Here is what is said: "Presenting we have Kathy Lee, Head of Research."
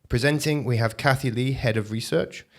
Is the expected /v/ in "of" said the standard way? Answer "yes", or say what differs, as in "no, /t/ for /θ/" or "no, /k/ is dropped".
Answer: yes